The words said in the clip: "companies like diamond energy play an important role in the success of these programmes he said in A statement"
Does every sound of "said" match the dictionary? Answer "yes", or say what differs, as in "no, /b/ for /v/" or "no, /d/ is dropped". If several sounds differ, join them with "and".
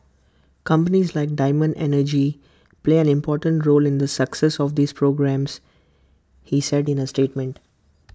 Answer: yes